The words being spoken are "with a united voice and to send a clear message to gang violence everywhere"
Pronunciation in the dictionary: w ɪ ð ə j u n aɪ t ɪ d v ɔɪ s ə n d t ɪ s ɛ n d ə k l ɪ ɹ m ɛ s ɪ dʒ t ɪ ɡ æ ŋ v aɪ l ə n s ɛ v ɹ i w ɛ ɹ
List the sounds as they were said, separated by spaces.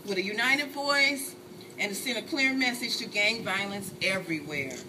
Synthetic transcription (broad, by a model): w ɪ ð ə j u n aɪ t ɪ d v ɔɪ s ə n t ɪ s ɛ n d ə k l ɪ ɹ m ɛ s ɪ dʒ t ɪ ɡ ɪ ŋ v aɪ l ə n s ɛ v ɹ i w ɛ ɹ